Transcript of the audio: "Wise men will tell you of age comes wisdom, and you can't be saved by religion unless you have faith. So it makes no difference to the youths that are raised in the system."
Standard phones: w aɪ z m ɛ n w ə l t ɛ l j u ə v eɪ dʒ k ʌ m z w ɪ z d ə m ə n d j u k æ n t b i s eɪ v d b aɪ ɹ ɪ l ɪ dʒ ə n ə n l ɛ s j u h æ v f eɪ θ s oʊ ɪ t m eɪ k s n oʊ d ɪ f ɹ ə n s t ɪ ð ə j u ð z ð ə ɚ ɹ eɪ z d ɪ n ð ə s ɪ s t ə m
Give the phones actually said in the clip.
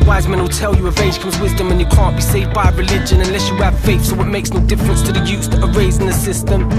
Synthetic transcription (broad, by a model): w aɪ z m ɛ n w ə l t ɛ l j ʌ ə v eɪ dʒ k ʌ m z w ɪ z d ə m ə n j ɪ k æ n b i s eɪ v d b aɪ ɹ ɪ l ɪ dʒ ə n ə n l ɛ s j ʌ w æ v f eɪ θ s oʊ ɪ t m eɪ k s n oʊ d ɪ f ɹ ə n s t ɪ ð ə j u z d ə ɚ ɹ eɪ z ɪ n ð ə s ɪ s t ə m